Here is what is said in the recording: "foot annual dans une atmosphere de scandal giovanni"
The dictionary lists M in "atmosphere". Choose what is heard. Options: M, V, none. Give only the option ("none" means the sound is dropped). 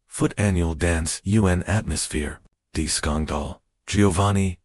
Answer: M